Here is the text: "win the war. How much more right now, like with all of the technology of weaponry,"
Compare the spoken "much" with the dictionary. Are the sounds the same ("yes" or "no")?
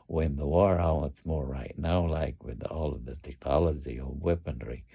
no